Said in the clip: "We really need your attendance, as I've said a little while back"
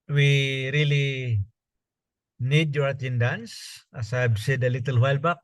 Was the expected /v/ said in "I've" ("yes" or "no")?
no